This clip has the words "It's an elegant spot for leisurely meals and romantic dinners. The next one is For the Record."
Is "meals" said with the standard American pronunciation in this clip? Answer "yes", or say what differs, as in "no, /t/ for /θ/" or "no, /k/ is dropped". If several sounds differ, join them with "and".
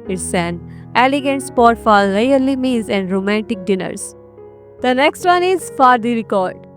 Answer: no, /l/ is dropped